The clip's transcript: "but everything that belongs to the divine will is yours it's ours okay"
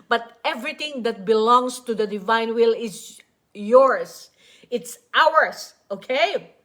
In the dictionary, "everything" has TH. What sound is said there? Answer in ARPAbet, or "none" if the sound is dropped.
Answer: T